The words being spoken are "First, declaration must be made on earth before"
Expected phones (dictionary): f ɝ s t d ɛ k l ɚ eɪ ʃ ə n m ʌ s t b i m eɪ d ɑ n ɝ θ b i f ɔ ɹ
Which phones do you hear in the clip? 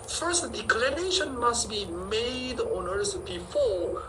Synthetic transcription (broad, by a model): f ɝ s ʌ d ɛ k l ɚ eɪ ʃ ə n m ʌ s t b i m eɪ d ɑ n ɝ s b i f ɔ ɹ